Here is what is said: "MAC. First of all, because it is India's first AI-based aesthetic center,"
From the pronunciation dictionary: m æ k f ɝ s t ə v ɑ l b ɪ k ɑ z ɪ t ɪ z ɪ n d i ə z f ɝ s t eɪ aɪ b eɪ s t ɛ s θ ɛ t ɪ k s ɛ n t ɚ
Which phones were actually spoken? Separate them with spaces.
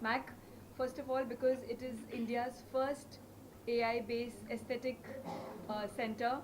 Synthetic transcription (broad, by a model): m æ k f ɝ s t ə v ɑ l b ɪ k ɑ z ɪ t ɪ z ɪ n d i ə z f ɝ s t eɪ aɪ b eɪ s ɛ s t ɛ t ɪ k s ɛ n t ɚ